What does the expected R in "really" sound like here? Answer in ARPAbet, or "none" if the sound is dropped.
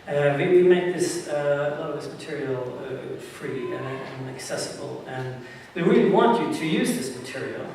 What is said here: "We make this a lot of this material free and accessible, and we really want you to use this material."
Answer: R